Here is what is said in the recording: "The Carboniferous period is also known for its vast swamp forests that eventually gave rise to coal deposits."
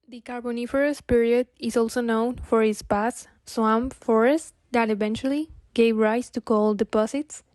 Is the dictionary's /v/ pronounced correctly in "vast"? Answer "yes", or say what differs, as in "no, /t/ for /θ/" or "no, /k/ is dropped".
no, /p/ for /v/